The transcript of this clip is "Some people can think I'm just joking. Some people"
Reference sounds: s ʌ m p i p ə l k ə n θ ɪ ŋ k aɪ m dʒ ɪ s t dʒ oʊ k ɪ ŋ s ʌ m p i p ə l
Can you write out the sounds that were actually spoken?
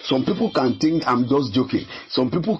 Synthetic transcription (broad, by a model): s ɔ m p i p ə l k ə n t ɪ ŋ k aɪ m dʒ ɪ s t dʒ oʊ k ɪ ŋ s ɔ m p i p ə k